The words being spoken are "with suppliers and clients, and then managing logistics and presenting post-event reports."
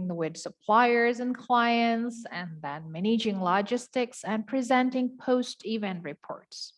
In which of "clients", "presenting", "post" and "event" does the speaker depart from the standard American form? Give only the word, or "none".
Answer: none